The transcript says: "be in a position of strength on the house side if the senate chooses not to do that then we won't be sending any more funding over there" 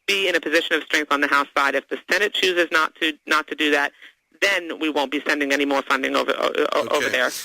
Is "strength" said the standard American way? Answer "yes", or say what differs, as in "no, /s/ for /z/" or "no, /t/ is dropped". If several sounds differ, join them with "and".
yes